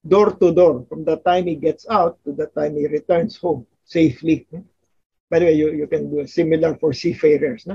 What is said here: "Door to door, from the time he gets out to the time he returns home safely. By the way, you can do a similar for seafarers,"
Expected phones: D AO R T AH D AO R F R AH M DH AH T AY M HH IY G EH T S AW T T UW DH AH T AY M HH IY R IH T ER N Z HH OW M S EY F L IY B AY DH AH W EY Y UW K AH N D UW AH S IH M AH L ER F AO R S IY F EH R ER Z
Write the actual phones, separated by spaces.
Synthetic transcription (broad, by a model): D AO R T AH D AO R F R AH M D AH T AY M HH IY G EH T S AW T T UW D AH T AY M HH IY R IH T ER N S HH OW M S EY F L IY B AY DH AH W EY Y UW K AH N D UW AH S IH M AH L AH F AO R S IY F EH R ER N